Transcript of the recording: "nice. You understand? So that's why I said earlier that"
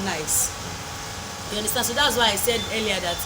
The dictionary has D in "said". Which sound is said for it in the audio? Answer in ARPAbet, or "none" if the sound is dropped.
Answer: D